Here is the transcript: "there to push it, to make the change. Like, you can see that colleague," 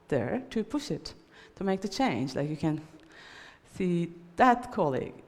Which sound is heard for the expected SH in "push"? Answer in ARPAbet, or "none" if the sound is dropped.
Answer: SH